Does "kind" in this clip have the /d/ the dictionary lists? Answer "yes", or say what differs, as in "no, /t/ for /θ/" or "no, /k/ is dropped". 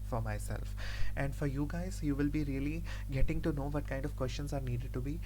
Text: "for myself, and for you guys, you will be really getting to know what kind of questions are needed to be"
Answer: yes